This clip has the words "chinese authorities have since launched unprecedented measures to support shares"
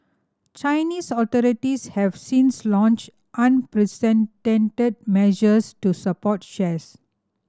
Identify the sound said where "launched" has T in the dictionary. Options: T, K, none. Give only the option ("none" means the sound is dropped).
T